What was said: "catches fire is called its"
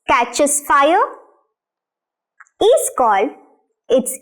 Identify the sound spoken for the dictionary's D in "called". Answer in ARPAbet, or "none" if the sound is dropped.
none